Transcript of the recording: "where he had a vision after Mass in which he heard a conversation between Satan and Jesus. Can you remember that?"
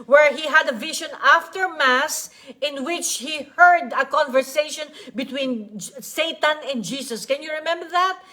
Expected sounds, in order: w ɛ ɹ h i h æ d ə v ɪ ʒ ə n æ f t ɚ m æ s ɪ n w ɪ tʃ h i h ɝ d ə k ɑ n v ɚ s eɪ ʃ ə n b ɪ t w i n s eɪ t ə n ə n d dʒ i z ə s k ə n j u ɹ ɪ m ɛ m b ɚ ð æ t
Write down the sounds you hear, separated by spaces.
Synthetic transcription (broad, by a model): w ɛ ɹ h i h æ d ə v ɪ ʃ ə n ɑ f t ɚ m æ s ɪ n w ɪ tʃ h i h ɝ d ə k ɑ n v ɚ s eɪ ʃ ə n b ɪ t w i n s eɪ t ə n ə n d dʒ i s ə s k ə n j u ɹ ɪ m ɛ m b ɚ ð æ t